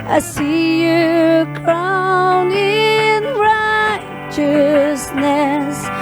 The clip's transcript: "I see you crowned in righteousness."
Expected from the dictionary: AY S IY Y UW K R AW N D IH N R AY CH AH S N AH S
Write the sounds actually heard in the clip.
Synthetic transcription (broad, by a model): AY S IY Y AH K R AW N IH N R AY CH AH S N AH S